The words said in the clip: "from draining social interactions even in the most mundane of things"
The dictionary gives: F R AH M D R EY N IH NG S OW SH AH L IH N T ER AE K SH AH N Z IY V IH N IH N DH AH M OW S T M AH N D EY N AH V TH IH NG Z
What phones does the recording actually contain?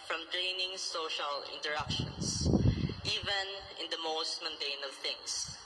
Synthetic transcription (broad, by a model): F R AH M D R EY N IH NG S OW SH AH L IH N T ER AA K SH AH N S IY V IH N IH N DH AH M OW S T M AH N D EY N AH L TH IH NG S